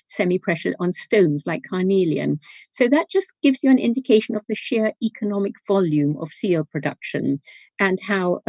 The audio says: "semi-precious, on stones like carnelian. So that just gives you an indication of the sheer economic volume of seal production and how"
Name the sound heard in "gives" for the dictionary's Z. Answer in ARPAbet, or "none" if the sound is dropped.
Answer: Z